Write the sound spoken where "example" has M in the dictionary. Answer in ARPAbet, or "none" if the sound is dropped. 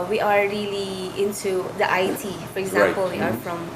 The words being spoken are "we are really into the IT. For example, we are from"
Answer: none